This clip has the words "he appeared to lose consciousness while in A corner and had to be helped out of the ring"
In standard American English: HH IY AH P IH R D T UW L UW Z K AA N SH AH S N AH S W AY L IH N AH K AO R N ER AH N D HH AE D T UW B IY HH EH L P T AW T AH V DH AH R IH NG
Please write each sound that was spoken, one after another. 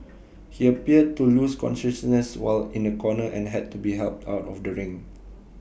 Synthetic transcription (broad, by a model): HH IY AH P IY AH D T UW L UW S K AA N SH AH S N AH S W AY L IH N AH K AO N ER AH N HH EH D T UW B IY HH EH L P T AW T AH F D AH R IH NG